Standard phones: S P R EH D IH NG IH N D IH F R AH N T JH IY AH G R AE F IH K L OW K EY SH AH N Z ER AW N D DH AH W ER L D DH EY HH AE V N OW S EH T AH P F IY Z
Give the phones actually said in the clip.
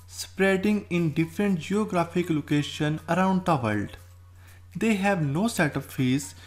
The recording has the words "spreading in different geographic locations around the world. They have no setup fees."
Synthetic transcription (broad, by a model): S P R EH D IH NG IH N D IH F R AH N T JH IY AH G R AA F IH K L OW K EY SH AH N ER AW N D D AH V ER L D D EY HH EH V N OW S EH T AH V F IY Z